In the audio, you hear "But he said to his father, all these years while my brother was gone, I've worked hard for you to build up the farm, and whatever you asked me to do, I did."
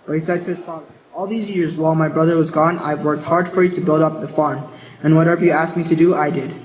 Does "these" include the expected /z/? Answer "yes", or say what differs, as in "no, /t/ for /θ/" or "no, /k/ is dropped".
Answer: yes